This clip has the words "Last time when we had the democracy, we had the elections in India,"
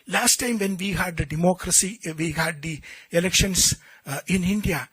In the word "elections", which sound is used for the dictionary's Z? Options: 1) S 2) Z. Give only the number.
1